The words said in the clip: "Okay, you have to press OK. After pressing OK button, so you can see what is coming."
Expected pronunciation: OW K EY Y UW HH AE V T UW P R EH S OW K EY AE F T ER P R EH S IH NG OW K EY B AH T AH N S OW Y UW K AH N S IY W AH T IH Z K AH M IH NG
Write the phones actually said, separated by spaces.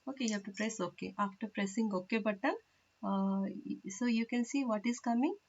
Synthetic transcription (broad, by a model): OW K EY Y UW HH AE F T UW P R EH S OW K EY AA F T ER P R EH S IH NG OW K EY B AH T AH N S OW Y UW K AH N S IY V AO T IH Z K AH M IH NG